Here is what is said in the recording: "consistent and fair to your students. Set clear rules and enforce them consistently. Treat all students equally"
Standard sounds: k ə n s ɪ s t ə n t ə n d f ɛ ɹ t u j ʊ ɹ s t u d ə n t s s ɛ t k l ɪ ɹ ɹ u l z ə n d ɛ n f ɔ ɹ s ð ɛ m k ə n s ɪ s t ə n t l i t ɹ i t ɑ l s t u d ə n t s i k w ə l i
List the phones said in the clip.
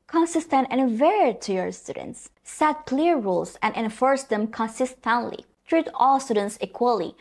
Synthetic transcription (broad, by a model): k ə n s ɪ s t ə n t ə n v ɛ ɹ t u j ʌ ɹ s t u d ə n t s s ɛ t k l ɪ ɹ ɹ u l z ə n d ɛ n f ɔ ɹ s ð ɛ m k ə n s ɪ s t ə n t l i t ɹ i t ɑ l s t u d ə n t s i k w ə l i